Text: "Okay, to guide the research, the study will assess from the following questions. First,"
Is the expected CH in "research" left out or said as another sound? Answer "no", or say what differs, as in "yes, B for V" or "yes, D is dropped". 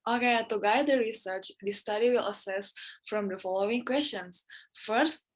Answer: no